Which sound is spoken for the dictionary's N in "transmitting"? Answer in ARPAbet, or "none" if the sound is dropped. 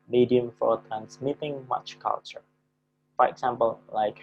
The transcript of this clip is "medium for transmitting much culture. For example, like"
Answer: N